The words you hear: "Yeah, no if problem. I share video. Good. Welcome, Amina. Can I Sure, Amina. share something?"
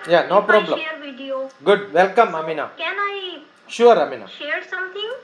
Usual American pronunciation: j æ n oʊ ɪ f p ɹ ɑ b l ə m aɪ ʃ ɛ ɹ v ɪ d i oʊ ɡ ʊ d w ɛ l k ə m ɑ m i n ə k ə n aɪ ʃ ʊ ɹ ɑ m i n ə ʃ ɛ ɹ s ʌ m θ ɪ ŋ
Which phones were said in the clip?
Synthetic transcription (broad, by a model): j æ n oʊ p ɹ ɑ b l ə ɛ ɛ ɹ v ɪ d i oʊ ɡ ʊ d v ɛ l k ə m ɑ m i n ə k ə n aɪ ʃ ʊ ɹ ɑ m i n ə ʃ ɛ ɹ s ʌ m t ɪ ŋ